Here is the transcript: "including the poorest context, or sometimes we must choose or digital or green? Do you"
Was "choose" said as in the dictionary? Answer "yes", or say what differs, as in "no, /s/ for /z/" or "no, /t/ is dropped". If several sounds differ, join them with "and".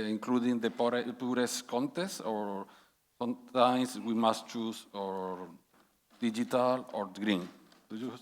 no, /s/ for /z/